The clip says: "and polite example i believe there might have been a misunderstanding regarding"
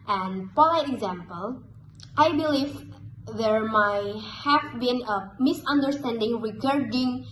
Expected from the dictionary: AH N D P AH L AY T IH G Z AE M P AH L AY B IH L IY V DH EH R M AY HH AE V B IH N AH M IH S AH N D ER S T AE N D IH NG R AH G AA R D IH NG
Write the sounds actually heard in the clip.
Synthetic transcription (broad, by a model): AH N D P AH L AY IH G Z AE M P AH L AY B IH L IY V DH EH R M AY HH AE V B IH N AH M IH S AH N D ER S T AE N D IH NG R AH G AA R D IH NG